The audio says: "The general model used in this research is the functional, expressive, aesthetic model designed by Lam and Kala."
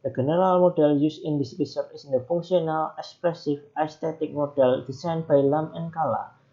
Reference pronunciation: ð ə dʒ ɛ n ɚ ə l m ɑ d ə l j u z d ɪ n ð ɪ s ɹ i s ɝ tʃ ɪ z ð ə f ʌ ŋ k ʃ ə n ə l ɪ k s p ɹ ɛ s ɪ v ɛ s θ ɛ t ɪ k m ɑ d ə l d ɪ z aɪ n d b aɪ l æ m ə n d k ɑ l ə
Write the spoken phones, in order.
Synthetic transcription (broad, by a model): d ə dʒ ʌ n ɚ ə l m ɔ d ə l j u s ɪ n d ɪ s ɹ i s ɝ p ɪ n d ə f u ŋ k s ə n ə l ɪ k s p ɹ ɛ s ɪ f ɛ s t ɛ t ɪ k m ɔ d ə l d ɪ s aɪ n b aɪ l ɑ m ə n k ɑ l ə